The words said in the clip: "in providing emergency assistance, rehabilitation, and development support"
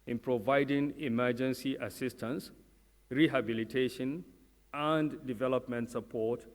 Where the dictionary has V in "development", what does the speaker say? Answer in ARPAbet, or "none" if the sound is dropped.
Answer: V